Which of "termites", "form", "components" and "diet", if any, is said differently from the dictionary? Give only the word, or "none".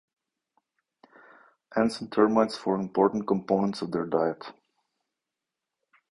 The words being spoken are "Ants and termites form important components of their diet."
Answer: form